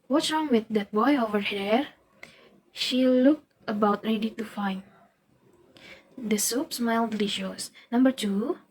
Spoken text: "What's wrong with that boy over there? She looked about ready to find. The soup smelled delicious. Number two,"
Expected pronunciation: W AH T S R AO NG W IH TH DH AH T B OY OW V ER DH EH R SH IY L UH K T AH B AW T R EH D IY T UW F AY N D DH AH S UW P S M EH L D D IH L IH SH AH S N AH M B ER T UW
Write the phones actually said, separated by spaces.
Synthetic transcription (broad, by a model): W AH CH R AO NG W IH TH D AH T B OY OW V ER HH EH R SH IY L UH K T AH B AW T R EH D IY T UW F AY N D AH S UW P S M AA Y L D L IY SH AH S N AH M B ER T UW